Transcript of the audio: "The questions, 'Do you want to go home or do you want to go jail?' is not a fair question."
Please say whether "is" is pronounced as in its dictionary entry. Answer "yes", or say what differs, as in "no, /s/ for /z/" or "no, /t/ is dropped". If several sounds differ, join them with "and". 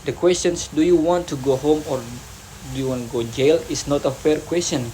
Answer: no, /s/ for /z/